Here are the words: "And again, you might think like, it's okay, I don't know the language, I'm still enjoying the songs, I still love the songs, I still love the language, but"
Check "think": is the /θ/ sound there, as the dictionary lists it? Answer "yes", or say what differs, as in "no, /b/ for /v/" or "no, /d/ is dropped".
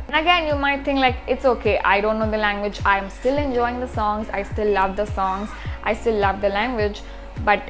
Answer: no, /t/ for /θ/